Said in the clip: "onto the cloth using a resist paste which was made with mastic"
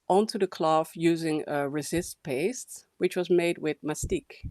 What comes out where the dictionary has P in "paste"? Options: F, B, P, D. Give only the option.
P